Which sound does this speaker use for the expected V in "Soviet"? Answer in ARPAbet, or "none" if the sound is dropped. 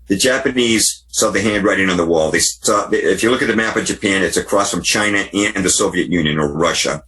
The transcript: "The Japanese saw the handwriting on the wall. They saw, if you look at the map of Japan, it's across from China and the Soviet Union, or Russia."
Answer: V